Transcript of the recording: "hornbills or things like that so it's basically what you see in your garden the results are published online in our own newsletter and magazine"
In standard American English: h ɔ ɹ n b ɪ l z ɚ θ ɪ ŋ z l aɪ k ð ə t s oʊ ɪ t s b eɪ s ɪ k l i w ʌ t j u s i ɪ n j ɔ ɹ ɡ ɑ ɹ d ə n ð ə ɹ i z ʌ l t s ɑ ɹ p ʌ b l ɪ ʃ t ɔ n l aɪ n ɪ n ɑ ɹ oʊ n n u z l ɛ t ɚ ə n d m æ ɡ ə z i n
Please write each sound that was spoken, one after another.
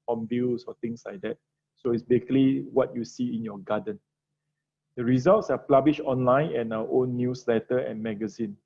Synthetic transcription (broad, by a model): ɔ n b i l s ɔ t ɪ ŋ s l aɪ k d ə t s oʊ ɪ t s b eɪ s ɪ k l i w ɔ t j u s i ɪ n j ɔ ɡ ɑ d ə n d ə ɹ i z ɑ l t s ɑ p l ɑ b l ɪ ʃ ɔ n l aɪ n ɪ n ɑ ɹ oʊ n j u s l ɛ t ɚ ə n m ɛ ɡ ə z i n